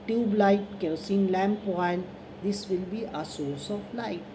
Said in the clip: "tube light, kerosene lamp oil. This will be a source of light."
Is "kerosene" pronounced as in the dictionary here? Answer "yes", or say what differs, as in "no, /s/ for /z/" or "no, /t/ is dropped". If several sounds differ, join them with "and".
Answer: no, /ɹ/ is dropped